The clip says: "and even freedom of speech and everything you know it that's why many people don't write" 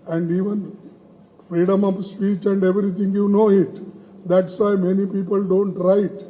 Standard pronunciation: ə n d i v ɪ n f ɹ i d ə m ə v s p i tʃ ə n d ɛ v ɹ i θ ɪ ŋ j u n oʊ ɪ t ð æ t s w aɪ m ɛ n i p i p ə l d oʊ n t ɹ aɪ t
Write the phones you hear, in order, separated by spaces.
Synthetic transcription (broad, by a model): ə n d i v ɪ n f ɹ i d ə m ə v s p i tʃ ə n d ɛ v ɹ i t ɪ ŋ j u n oʊ ɪ t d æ t s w aɪ m ɛ n i p i p ə l d oʊ n t ɹ aɪ t